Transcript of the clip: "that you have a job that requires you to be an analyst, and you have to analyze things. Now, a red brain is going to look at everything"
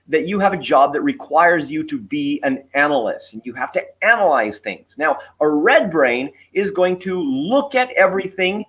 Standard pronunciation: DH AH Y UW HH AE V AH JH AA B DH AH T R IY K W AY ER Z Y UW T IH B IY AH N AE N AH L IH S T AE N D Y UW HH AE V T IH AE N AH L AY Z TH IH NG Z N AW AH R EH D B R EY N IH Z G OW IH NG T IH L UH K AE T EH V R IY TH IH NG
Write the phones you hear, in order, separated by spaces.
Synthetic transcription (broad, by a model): DH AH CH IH V AH JH AA B DH AH T R IY K W AY ER Z Y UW T IH B IY AH N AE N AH L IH S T N Y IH HH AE F T IH AE N AH L AY Z TH IH NG Z N AW AH R EH D B R EY N IH Z G OW IH NG T IH L UH K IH T EH V R IY TH IH NG